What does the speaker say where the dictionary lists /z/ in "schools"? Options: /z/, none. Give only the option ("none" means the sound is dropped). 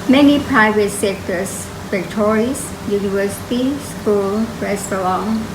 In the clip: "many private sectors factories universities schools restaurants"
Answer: none